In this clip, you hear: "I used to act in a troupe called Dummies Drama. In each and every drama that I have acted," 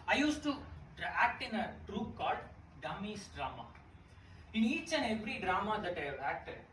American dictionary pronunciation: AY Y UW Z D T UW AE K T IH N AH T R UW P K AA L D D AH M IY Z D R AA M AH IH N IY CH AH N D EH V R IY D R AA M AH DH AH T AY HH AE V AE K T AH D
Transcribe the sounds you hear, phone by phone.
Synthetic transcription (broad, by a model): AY Y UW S T UW AE K T IH N AH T R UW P K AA D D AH M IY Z D R AA M AH IH N IY CH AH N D EH V R IY D R AA M AH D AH T AY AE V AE K T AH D